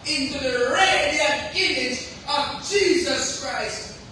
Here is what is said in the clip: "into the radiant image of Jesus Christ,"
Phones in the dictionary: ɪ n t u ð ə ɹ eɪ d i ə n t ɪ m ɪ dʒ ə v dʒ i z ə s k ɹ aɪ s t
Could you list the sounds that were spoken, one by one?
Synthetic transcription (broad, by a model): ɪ n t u ð ə ɹ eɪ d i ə ɪ m ɪ dʒ ə v dʒ i z ə s k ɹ aɪ s t